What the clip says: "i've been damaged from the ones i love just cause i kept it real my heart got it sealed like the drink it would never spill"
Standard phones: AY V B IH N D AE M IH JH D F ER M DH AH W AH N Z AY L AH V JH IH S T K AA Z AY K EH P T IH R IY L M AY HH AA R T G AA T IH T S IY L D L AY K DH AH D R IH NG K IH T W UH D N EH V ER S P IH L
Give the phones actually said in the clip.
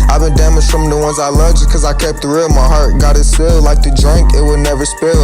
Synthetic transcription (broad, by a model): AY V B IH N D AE M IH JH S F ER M DH AH W AH N Z AY L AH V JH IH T K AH Z AY K EH P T IH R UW M AY HH AA R T G AA T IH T S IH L L AY K DH AH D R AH NG K IH T W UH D N EH V ER S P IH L